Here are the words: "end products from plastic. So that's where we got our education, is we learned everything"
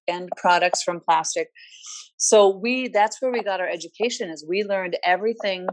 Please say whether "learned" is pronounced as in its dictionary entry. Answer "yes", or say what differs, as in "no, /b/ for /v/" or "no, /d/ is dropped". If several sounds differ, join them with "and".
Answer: yes